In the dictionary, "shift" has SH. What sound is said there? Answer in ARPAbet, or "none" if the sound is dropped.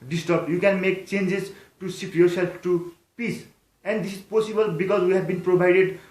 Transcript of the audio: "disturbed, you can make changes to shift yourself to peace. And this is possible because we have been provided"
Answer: S